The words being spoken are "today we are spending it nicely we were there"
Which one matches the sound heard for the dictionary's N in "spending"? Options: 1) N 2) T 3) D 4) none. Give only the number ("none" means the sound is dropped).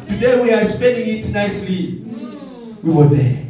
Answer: 1